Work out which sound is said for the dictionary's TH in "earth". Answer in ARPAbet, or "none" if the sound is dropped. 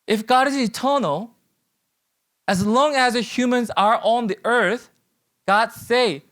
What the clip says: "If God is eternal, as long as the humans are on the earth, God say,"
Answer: TH